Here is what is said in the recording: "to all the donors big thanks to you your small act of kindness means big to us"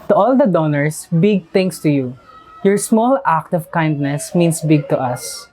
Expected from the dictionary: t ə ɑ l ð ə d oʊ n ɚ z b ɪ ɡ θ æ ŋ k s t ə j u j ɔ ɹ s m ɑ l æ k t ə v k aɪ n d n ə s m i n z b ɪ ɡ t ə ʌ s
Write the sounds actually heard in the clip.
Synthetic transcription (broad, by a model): t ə ɑ l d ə d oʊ n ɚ s b ɪ ɡ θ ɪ ŋ s t ə j u j ɔ ɹ s m ɑ l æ k t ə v k aɪ n d n ə s m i n s b ɪ ɡ t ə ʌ s